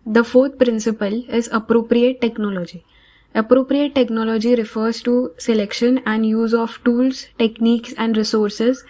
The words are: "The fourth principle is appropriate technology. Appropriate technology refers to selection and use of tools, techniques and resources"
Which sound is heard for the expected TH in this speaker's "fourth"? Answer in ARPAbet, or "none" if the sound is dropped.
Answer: T